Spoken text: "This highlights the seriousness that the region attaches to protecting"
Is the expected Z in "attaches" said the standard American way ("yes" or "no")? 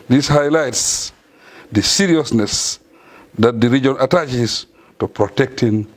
no